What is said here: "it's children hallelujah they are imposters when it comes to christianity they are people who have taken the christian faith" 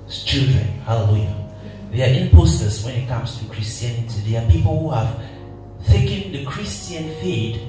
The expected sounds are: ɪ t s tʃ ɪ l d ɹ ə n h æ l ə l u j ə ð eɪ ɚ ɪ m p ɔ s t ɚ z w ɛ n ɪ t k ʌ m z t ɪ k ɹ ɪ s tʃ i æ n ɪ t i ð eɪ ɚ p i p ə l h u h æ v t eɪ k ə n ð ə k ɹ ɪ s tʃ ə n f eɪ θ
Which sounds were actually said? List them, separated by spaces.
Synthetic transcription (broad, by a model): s tʃ ɪ l d ɹ ə n h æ l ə l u j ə ð eɪ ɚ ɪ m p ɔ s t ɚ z w ɛ n ɪ t k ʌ m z t ɪ k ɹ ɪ s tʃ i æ n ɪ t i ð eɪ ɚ p i p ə l h u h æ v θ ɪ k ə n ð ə k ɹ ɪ s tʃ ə n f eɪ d